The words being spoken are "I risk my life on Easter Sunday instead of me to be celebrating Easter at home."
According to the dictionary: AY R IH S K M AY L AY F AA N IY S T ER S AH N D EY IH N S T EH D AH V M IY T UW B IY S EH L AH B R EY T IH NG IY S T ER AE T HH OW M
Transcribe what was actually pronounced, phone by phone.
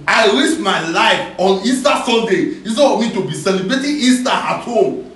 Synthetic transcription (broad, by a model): AY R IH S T M AY L AY F AA N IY S T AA S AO N D EY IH S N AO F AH M IY T UW B IY S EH L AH B R EY T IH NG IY S T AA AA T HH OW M